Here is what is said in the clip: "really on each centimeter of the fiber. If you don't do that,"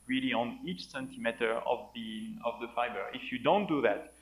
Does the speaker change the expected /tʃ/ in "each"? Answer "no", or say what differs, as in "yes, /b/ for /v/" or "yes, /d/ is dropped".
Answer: no